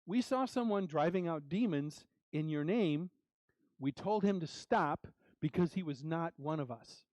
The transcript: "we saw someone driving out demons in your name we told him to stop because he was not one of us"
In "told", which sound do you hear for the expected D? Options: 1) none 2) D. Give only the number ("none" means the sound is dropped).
2